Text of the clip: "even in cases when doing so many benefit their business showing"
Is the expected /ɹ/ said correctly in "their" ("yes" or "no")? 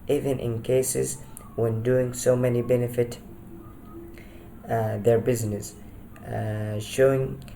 yes